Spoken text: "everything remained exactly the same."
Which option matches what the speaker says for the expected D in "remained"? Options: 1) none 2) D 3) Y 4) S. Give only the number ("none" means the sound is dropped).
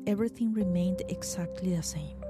2